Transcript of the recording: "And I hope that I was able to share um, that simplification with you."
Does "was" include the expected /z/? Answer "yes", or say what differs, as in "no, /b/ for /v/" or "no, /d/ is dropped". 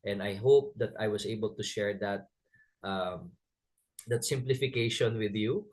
no, /s/ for /z/